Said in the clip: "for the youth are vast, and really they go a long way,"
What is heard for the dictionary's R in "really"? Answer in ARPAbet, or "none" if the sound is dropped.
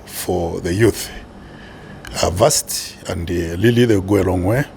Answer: L